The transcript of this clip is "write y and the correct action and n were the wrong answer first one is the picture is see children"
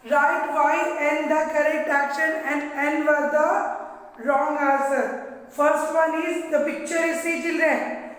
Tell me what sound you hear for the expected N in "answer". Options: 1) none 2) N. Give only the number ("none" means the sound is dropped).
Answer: 1